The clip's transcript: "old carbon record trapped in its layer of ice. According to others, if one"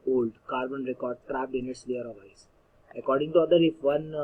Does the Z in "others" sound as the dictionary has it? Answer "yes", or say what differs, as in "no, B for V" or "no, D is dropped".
no, Z is dropped